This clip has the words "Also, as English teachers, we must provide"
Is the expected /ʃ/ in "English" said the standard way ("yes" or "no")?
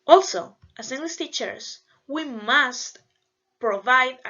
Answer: no